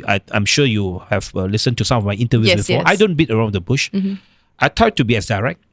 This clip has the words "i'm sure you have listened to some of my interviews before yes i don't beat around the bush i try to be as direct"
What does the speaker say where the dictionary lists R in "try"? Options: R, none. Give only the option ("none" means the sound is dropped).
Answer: none